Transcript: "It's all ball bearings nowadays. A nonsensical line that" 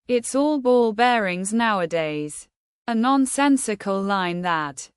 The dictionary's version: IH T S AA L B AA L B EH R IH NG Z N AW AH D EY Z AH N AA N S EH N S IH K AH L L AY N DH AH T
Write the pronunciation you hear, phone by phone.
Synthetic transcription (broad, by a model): IH T S AA L B AA L B EH R IH NG Z N AW AH D EY Z AH N AA N S EH N S IH K AH L L AY N DH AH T